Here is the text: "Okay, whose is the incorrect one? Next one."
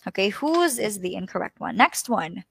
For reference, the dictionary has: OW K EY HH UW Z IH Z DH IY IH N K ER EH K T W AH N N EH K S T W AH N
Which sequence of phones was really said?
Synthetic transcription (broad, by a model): OW K EY HH UW Z IH Z DH IY IH N K ER EH K T W AH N N EH K S T W AH N